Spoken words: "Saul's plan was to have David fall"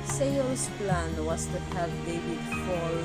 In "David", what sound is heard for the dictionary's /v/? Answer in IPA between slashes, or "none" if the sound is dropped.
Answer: /w/